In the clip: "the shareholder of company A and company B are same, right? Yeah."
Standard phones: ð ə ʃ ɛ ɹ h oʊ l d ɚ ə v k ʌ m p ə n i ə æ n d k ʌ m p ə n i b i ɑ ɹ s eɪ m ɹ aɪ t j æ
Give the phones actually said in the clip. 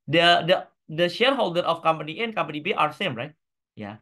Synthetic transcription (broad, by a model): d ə ʃ ɛ ɹ h oʊ l d ɚ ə f k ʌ m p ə n i ə n k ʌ m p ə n i b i ɑ ɹ s eɪ m ɹ aɪ t j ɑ